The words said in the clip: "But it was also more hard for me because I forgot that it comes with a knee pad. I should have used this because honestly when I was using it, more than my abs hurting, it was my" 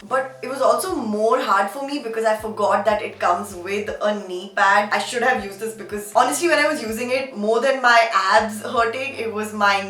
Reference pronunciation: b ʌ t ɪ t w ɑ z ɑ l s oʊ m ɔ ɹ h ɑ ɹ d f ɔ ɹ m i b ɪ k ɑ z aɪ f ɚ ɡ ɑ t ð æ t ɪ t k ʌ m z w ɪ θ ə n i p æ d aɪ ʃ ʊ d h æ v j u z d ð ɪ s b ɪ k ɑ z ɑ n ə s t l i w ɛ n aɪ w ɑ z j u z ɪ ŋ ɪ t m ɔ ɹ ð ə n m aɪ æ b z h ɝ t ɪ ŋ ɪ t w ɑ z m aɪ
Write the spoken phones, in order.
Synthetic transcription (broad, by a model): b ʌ t ɪ t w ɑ z ɑ l s oʊ m ɔ ɹ h ɑ ɹ d f ɔ ɹ m i b ɪ k ɑ z aɪ f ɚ ɡ ɑ t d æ t ɪ t k ʌ m z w ɪ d ə n i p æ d aɪ ʃ ʊ d h æ v j u z d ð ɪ s b ɪ k ɑ z ɑ n ə s t l i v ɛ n aɪ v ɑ z j u z ɪ ŋ ɪ t m ɔ ɹ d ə n m aɪ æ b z h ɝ t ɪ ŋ ɪ t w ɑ z m aɪ